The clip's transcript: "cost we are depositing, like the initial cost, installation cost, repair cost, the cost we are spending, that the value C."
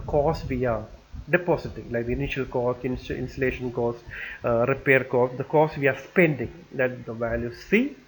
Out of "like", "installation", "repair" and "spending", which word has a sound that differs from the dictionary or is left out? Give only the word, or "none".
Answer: installation